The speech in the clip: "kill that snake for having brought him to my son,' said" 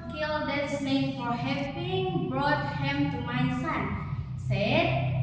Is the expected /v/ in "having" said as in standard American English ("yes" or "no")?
no